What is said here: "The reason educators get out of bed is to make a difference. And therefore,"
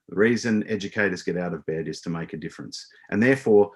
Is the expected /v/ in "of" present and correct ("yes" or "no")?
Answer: yes